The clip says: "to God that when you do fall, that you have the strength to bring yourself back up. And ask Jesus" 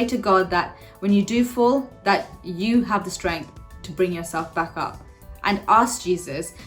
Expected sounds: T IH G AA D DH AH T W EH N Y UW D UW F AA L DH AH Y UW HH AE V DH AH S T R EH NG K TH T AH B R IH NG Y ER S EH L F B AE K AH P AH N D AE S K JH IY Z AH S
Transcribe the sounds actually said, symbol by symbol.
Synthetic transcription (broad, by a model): T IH G AA D DH AH T W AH N Y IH D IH F AA L DH AH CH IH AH V DH AH S T R EH NG K TH T AH B R IH NG Y ER S EH L F B AE K AH P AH N AE S K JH IY Z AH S